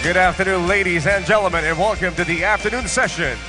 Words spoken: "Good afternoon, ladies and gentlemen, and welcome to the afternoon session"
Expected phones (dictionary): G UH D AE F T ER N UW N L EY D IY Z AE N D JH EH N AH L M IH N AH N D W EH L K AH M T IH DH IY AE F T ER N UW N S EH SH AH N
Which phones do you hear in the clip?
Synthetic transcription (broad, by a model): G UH D AE F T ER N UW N L EY D IY Z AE N JH EH L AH M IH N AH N W EH L K AH M T IH DH IY AE F T ER N UW N S EH SH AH N